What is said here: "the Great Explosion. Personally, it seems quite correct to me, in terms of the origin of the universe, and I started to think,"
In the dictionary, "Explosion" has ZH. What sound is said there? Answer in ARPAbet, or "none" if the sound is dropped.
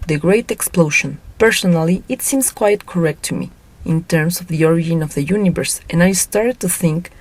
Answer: SH